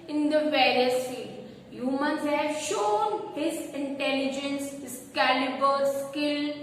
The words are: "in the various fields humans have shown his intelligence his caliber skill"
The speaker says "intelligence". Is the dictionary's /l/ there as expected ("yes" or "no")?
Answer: yes